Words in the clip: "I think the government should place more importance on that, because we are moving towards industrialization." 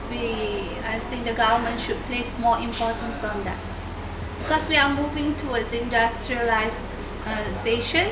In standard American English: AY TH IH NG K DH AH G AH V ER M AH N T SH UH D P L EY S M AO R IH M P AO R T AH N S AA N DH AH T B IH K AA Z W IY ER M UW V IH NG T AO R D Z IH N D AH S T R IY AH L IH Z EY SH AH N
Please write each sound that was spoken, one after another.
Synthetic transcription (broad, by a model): AY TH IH NG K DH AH G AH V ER M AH N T SH UH D P L EY S M AO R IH M P AO T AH N S AA N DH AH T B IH K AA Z W IY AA M UW V IH NG T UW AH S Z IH N D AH S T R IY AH L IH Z EY SH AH N